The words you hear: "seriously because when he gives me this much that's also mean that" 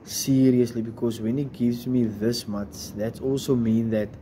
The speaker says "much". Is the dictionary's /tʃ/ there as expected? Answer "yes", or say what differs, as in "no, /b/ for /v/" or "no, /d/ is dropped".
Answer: no, /s/ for /tʃ/